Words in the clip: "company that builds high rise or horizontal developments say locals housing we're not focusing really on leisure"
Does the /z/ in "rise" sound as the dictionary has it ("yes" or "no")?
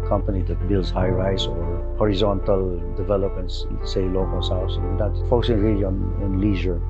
no